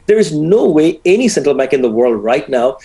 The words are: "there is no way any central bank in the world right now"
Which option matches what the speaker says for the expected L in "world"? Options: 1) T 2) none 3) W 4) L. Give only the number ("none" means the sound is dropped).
4